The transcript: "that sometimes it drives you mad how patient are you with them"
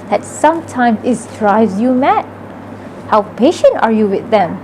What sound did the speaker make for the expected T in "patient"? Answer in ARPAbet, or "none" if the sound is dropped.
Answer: T